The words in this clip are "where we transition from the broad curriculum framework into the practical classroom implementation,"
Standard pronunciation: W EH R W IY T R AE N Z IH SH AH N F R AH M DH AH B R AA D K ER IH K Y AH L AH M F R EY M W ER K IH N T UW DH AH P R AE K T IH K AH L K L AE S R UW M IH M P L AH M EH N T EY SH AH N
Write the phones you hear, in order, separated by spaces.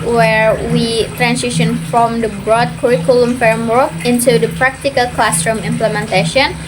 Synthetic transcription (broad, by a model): W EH R W IY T R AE N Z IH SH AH N F R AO M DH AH B R AA D K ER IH K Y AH L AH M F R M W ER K IH N T UW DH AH P R AE K T IH K AH L K L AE S R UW M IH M P L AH M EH N T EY SH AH N